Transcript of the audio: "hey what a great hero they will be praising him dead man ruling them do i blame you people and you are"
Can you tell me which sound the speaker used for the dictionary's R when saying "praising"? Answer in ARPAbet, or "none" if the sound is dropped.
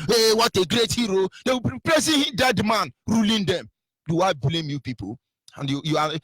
L